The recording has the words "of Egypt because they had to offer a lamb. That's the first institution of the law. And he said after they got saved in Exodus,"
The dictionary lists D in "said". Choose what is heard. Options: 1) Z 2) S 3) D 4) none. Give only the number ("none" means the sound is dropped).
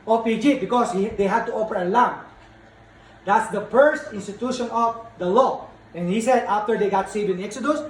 3